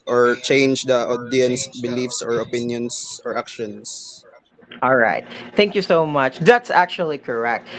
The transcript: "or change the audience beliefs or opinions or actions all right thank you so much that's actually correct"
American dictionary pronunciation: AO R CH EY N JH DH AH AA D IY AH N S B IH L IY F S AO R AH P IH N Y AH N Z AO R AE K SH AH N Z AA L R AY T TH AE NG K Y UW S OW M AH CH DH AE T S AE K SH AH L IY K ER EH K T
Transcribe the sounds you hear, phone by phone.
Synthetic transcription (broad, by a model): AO R CH EY N JH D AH AA D IY AH N S B IH L IY F S AO R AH P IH N Y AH N S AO R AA K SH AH N S AA L R AY T TH AE NG K Y UW S OW M AH CH DH AE T S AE K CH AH L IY K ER EH K T